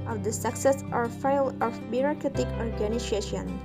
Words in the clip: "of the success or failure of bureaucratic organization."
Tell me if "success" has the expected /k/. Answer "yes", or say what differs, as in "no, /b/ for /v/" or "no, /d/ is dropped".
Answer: yes